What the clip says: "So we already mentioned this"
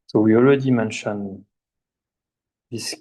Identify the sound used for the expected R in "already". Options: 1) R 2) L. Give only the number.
2